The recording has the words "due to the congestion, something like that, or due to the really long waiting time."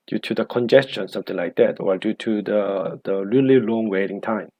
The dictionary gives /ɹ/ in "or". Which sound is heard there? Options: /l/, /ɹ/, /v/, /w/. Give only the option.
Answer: /l/